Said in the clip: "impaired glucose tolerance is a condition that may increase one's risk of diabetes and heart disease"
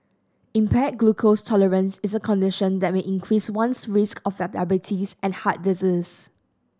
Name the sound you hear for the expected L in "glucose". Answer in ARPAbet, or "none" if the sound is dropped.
L